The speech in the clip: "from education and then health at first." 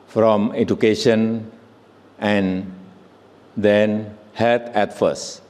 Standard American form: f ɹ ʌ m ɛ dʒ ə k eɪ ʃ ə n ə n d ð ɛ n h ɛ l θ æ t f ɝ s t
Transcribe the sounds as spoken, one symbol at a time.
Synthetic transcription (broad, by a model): f ɹ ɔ m ɛ dʒ ə k eɪ ʃ ə n ə n d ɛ n h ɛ l t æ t f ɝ s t